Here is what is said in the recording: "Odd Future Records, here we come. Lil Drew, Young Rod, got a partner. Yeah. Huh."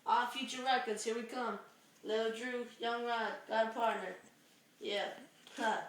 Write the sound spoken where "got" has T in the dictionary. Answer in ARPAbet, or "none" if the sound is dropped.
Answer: none